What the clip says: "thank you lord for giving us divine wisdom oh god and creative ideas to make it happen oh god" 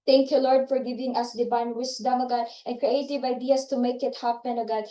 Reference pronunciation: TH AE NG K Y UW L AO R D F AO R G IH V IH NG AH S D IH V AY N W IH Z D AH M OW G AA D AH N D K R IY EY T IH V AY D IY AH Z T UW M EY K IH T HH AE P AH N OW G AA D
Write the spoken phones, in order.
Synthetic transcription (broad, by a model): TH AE NG K Y UW L AO R D F AO R G IH V IH NG AH S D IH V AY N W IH S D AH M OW G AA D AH N K R IY EY T IH V AY D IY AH S T UW M EY K IH T HH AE P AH N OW G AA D